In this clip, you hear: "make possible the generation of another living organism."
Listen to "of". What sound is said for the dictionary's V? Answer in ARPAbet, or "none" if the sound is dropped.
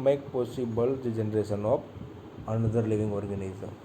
P